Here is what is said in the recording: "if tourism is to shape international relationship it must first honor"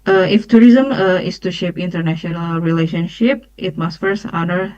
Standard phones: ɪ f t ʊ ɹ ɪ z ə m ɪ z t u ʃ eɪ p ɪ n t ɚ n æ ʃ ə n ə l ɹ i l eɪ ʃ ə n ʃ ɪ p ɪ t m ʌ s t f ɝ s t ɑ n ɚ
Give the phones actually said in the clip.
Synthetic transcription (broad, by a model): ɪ f t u ɹ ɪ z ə m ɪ s t u ʃ eɪ p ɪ n t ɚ n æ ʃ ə n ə l ɹ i l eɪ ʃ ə n ʃ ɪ p ɪ t m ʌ s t f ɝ s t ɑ n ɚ